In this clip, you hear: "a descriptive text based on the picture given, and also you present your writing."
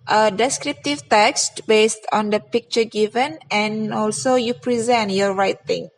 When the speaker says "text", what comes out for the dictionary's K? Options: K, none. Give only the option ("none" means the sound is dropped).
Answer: K